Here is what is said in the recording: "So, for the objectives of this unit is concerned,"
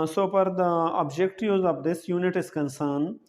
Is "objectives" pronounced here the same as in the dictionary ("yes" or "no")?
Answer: no